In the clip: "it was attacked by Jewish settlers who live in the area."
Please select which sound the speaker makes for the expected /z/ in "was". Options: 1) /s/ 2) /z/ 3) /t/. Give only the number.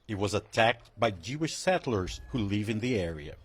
2